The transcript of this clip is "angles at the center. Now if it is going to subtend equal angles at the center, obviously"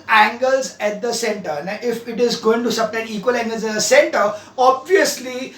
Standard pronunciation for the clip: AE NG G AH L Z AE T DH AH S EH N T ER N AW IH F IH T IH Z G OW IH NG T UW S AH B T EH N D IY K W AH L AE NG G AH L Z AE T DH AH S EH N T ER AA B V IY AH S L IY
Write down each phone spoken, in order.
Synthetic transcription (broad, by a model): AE NG G AH L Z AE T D AH S EH N T ER N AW IH F IH T IH Z G OW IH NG T UW S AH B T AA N IY K W AH L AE NG G AH L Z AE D AH S EH N T ER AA B V IY AH S L IY